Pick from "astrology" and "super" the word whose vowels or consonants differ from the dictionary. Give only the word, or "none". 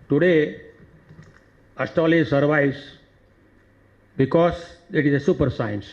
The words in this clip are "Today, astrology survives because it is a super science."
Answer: astrology